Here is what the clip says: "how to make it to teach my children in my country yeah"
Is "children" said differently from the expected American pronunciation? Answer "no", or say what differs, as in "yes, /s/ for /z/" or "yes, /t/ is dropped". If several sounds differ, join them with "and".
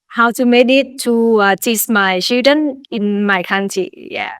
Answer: yes, /l/ is dropped